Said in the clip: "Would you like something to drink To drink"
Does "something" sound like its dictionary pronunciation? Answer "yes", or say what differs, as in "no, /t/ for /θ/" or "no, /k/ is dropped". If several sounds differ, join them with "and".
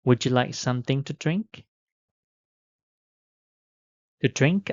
yes